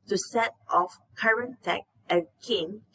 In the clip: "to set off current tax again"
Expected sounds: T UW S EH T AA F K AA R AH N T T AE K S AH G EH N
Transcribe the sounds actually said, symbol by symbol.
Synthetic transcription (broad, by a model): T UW S EH T AA F K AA R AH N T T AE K AH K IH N